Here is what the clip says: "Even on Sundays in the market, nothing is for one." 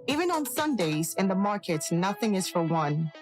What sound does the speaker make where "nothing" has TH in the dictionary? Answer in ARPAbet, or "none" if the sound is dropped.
TH